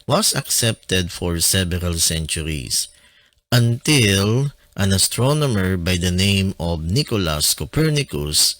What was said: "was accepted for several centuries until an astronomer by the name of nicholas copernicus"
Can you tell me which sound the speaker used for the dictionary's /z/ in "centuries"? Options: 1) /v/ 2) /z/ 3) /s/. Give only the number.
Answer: 3